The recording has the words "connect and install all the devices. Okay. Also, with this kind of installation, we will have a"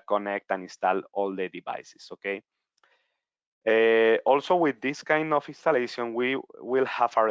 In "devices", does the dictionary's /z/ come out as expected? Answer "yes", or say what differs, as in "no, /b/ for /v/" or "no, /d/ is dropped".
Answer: no, /s/ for /z/